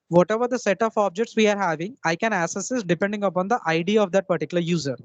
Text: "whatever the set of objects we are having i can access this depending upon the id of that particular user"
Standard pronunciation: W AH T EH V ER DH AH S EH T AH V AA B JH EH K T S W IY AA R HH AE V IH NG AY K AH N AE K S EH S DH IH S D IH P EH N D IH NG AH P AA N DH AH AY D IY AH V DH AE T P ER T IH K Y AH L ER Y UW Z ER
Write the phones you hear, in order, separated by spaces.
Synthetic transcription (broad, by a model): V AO T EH V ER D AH S EH T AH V AA B JH EH K T S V IY AA R HH AE V IH NG AY K AH N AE S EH S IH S D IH P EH N D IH NG AH P AA N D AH AY D IY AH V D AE T P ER T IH K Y L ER Y UW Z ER